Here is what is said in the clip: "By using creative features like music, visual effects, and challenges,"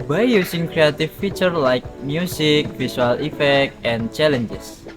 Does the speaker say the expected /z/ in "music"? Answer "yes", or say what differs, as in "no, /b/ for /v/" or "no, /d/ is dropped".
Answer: no, /s/ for /z/